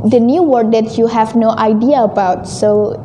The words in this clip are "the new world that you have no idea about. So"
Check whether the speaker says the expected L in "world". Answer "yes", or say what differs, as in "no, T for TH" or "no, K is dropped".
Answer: no, L is dropped